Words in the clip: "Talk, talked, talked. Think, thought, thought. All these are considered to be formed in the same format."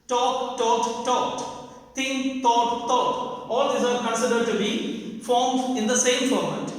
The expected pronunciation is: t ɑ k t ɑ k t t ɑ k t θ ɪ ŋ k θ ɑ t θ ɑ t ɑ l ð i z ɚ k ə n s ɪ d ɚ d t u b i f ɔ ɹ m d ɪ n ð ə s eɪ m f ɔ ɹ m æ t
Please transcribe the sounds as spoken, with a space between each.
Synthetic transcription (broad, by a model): t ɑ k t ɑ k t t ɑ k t t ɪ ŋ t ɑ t t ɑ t ɑ l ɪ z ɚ k ə n s ɪ d ɚ d t u b i f ɔ ɹ m d ɪ n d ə s eɪ m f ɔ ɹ m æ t